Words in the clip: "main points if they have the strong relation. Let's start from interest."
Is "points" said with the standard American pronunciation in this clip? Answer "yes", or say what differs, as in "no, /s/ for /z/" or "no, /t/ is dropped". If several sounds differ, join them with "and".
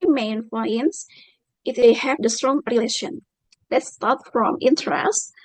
no, /f/ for /p/